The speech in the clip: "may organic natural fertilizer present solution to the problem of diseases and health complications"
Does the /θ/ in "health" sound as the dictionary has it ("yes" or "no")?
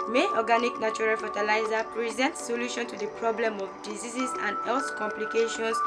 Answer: no